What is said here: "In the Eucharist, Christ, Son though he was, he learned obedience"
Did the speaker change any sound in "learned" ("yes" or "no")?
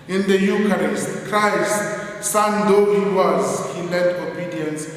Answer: yes